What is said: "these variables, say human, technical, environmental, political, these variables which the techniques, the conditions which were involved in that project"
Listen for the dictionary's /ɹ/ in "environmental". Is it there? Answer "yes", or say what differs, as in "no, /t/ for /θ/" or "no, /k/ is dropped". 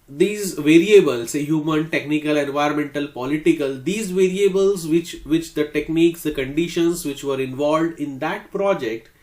no, /ɹ/ is dropped